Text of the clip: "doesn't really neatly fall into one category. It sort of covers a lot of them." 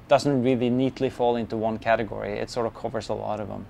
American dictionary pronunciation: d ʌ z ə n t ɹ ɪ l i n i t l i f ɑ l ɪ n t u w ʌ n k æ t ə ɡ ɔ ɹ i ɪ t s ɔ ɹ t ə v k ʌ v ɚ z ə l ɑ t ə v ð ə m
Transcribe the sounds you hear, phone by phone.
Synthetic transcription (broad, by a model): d ʌ z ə n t ɹ ɪ l i n i t l i f ɑ l ɪ n t u w ʌ n k æ t ə ɡ ɔ ɹ i ɪ t s ɔ ɹ t ə v k ʌ v ɚ z ə l ɑ t ə v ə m